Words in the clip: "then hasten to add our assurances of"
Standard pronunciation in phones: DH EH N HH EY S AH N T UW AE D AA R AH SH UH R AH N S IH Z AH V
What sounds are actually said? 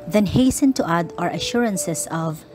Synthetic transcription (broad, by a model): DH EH N HH EY S AH N T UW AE D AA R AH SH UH R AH N S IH S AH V